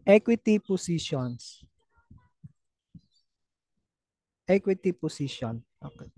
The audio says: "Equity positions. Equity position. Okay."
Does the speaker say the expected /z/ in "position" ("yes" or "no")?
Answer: no